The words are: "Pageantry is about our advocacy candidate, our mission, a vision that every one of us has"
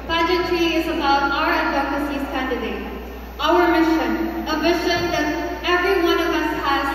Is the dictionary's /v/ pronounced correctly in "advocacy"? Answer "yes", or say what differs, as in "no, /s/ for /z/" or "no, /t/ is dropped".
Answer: no, /v/ is dropped